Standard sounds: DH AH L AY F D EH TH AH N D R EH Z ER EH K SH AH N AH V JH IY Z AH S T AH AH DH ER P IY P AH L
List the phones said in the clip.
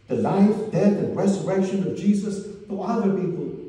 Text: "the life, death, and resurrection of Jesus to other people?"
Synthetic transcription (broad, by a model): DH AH L AY F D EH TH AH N R EH Z ER EH K SH AH N AH V JH IY Z AH S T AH AH DH ER P IY P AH L